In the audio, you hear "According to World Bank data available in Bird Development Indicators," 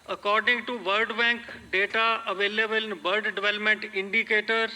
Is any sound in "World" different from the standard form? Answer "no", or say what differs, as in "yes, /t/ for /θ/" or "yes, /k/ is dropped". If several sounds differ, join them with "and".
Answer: yes, /l/ is dropped